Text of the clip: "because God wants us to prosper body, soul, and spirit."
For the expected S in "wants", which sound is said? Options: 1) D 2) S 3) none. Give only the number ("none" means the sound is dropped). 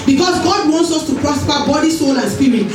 2